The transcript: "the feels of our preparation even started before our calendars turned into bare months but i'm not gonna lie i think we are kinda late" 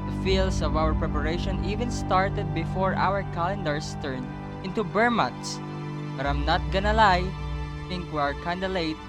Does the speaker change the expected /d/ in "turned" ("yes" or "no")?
yes